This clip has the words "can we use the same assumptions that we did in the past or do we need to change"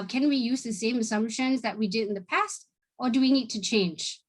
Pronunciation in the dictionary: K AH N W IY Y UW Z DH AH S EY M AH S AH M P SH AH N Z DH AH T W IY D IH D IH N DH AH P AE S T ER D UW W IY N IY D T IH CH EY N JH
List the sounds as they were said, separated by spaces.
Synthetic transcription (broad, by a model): K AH N W IY Y UW Z DH AH S EY M AH S AH M P SH AH N Z DH AH T W IY D IH D IH N DH AH P AE S T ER D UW W IY N IY D T IH CH EY N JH